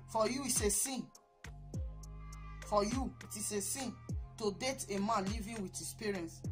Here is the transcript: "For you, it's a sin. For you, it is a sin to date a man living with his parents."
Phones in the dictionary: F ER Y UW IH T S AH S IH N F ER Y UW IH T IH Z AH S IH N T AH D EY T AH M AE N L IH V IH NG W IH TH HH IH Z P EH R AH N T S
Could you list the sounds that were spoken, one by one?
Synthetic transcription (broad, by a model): F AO Y UW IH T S AH S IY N F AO Y UW IH T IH S AH S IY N T AH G EY T AH M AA N L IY V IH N W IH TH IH S P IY R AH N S